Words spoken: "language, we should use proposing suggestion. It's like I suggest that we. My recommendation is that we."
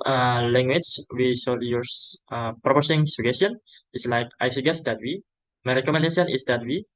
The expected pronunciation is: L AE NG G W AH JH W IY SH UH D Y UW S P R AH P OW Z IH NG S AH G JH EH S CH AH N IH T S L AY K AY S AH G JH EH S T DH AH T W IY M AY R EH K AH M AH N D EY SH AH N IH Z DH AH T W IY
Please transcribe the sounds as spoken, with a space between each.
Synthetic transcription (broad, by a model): L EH NG G W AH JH W IY S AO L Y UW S P R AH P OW S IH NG S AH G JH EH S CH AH N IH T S L AY K AY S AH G EH S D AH T W IY M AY R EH K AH M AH N D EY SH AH N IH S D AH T W IY